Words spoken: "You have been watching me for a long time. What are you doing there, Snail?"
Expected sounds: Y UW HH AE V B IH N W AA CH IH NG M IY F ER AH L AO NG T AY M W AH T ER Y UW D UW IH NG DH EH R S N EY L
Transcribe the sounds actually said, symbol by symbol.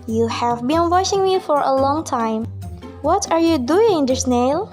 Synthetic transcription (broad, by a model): Y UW HH AE V B IH N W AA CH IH NG M IY F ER AH L AO NG T AY M W AH T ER Y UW D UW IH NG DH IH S N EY L